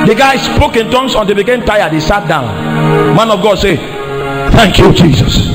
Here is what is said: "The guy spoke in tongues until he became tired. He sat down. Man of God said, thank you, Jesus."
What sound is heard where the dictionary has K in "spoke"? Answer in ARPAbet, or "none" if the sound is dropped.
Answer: K